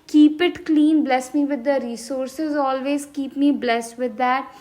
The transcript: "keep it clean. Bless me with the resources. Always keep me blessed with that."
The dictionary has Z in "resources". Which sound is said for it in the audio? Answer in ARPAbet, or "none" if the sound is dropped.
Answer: Z